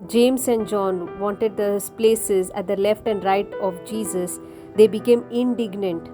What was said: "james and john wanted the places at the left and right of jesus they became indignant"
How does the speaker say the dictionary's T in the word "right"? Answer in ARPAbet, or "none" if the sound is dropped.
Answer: T